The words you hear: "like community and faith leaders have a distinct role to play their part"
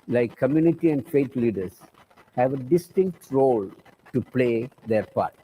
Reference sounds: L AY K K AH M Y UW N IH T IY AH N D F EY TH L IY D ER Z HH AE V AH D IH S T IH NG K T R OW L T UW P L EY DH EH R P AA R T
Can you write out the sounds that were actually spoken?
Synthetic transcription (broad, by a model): L AY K K AH M Y UW N IH T IY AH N D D EY T L IY D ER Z HH AE V AH D IH S T IH NG K T R OW L T UW P L EY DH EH R P AA R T